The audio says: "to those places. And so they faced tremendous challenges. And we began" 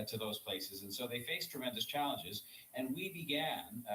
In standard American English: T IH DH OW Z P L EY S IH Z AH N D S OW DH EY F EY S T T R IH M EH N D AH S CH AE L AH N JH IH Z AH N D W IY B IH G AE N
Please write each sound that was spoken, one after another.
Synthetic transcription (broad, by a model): T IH DH OW Z P L EY S IH Z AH N S OW DH EY F EY S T T R IH M EH N D AH S CH AE L AH N JH IH Z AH N W IY B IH G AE N